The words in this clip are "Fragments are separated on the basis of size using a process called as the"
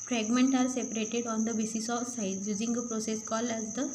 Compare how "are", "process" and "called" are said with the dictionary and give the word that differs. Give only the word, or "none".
called